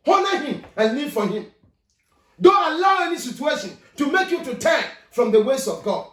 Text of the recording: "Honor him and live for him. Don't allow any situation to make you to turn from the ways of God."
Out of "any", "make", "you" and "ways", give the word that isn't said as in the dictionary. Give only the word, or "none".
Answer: ways